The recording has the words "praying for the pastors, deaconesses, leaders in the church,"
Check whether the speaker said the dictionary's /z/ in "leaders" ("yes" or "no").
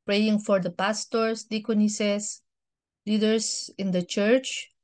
no